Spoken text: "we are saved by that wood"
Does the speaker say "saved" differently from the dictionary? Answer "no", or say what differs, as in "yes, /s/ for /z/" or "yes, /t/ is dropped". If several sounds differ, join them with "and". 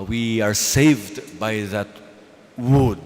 no